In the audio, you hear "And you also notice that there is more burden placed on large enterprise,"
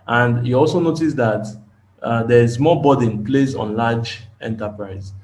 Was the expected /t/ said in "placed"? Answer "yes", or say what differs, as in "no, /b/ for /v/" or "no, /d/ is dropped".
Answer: no, /t/ is dropped